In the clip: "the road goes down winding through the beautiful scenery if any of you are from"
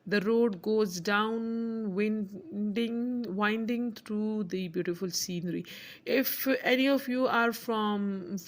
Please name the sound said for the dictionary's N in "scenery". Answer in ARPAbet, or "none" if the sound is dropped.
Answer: N